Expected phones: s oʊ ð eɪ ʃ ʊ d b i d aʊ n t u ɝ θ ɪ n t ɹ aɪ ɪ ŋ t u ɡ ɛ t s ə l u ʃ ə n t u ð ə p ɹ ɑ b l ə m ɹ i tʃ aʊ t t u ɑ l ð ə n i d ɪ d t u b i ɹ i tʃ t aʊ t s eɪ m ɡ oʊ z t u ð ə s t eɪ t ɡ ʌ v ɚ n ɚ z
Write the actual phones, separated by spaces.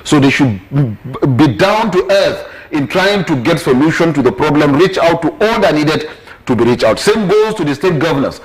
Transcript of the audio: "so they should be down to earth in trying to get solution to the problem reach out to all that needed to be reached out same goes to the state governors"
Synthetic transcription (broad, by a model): s oʊ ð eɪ ʃ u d b i d aʊ n t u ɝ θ ɪ n t ɹ aɪ ɪ ŋ t u ɡ ɛ t s ə l u ʃ ə n t u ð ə p ɹ ɑ b l ə m ɹ i tʃ aʊ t t u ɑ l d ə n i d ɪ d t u b i ɹ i tʃ aʊ t s eɪ m ɡ oʊ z t u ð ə s t eɪ t ɡ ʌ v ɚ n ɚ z